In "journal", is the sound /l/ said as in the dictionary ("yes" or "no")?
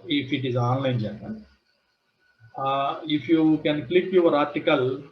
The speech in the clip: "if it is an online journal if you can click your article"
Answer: no